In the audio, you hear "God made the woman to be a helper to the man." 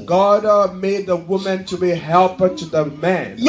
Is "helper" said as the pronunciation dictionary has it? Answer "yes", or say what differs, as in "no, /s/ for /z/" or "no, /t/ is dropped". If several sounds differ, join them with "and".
yes